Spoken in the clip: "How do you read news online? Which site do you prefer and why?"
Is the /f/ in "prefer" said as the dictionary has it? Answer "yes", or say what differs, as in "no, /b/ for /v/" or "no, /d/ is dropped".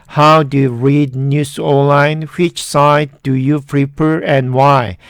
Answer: no, /p/ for /f/